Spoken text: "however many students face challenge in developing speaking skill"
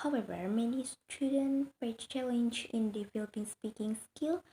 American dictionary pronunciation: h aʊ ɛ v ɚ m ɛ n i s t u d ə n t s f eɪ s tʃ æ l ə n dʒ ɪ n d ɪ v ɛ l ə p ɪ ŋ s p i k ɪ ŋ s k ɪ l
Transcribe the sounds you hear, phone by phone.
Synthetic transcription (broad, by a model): aʊ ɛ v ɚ m ɛ n i s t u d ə n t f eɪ tʃ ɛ l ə n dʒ ɪ n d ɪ f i l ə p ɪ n s p i k ɪ ŋ s k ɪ l